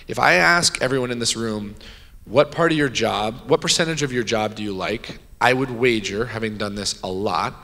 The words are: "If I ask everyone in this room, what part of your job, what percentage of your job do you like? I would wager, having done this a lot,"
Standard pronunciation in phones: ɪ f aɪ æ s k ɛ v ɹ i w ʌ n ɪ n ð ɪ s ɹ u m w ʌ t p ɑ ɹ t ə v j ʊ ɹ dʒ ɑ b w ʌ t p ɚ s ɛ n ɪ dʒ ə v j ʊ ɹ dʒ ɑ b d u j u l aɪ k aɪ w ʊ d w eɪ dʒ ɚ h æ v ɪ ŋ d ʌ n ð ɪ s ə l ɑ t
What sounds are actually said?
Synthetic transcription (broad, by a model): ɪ f aɪ æ s k ɛ v ɹ i w ʌ n ɪ n ð ɪ s ɹ u m w ʌ t p ɑ ɹ t ə v j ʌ ɹ dʒ ɑ b w ʌ t p ɚ s ɛ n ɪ dʒ ə v j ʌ ɹ dʒ ɑ b d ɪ j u l aɪ k aɪ w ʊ d w eɪ dʒ ɚ h æ v ɪ ŋ d ʌ n ð ɪ s ə l ɑ t